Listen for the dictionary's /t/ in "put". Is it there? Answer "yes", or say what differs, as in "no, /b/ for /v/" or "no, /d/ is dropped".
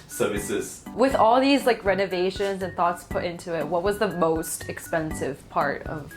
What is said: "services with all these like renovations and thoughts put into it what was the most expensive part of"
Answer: yes